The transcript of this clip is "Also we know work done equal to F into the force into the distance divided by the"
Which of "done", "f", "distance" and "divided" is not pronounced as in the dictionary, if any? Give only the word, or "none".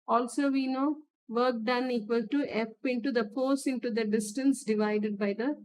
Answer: f